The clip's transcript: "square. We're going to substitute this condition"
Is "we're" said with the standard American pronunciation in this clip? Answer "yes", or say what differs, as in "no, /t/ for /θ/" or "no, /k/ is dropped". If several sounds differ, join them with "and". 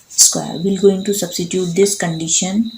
no, /l/ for /ɹ/